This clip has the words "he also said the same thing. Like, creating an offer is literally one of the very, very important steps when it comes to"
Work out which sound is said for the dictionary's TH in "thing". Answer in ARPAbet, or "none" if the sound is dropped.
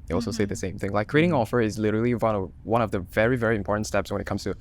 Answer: TH